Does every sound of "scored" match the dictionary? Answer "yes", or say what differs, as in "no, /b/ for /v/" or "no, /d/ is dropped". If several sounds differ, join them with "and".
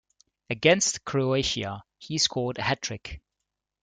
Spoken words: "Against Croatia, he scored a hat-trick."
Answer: no, /l/ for /ɹ/